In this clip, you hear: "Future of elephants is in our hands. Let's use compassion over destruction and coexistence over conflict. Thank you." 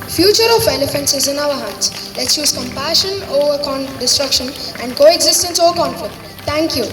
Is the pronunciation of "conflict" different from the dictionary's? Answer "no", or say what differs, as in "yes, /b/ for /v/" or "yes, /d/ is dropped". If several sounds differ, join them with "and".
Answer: yes, /l/ is dropped